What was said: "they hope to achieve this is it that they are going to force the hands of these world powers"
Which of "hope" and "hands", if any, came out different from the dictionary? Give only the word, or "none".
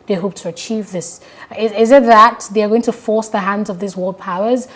none